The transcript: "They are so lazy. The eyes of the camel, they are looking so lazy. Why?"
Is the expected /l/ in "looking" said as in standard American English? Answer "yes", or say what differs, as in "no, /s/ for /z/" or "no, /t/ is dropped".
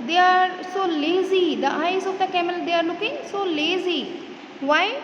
no, /n/ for /l/